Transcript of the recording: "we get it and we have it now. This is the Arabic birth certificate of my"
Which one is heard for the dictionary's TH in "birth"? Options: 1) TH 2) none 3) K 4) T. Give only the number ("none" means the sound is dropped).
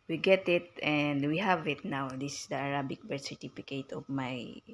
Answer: 4